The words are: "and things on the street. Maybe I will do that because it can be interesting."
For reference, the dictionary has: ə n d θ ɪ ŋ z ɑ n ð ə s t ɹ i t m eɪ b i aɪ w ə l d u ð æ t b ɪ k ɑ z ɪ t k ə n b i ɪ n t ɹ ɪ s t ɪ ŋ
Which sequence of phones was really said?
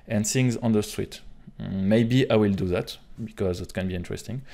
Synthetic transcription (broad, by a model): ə n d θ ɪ ŋ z ɑ n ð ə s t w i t m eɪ b i aɪ w ə l d u ð æ t b ɪ k ɑ z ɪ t k ə n b i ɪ n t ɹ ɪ s t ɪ ŋ